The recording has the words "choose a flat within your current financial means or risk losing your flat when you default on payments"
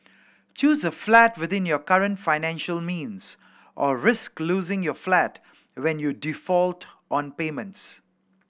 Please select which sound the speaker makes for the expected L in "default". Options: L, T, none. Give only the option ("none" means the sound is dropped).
L